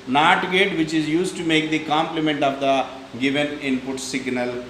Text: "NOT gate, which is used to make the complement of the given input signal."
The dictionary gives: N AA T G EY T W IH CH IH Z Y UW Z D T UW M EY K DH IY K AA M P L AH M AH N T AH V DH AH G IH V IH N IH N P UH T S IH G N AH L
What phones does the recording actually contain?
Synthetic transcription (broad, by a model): N AA T G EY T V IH CH IH Z Y UW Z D T UW M EY K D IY K AA M P L AH M AH N T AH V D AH G IH V IH N IH N P UH T S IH G N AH L